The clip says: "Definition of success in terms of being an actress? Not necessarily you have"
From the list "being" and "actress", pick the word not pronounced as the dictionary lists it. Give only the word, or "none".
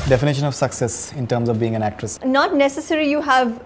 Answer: none